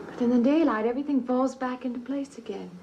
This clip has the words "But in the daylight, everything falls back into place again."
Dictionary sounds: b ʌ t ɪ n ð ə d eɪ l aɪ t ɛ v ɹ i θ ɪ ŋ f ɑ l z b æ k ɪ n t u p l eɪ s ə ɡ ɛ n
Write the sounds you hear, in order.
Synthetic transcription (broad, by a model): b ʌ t ɪ n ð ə d eɪ l aɪ t ɛ v ɹ i θ ɪ ŋ f ɑ l z b æ k ɪ n t u p l eɪ s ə ɡ ɛ n